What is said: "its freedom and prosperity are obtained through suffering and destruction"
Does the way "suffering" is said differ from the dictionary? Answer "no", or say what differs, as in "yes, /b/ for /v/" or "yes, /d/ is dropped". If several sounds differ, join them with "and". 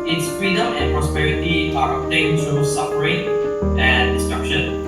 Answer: yes, /p/ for /f/